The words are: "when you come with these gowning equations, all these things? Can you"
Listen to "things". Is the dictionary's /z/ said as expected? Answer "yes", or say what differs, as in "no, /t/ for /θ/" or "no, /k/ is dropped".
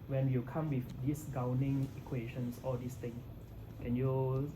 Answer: no, /z/ is dropped